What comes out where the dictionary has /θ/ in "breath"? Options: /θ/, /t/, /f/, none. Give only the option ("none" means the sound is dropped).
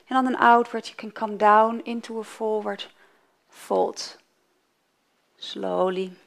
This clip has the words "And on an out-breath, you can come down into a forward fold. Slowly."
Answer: /t/